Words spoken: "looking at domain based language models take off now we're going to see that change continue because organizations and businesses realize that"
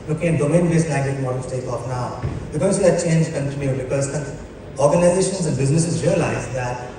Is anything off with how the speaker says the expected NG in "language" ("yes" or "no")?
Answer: yes